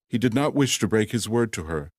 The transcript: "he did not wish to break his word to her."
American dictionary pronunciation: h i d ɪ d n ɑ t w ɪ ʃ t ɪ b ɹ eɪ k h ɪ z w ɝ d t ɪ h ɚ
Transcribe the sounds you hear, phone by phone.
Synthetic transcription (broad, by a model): h i d ɪ d n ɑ t w ɪ ʃ t ɪ b ɹ eɪ k h ɪ z w ɝ d t ɪ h ɚ